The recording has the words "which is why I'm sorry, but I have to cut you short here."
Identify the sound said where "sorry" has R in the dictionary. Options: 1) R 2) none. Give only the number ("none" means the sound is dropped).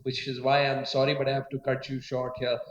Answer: 1